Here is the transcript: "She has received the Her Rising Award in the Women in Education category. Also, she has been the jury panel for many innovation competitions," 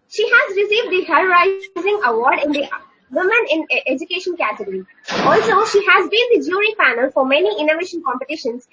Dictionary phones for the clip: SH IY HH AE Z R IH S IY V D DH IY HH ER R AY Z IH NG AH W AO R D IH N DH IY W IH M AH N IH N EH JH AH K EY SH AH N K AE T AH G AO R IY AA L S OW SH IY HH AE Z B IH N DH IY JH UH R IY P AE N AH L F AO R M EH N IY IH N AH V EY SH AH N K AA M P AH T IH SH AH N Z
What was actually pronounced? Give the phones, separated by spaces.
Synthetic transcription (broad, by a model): SH IY HH AE Z R IH S IY V D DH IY HH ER R AY Z IH NG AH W AO R D IH N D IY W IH M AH N IH N EH JH AH K EY SH AH N K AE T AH G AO R IY AA L S OW SH IY HH AE Z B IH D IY JH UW R IY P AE N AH L F AO R M EH N IY IH N AH V EY SH AH N K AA M P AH T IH SH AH N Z